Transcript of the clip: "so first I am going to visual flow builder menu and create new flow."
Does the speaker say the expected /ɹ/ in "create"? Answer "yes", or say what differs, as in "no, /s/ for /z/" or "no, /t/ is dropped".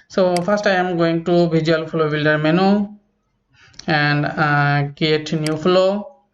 no, /ɹ/ is dropped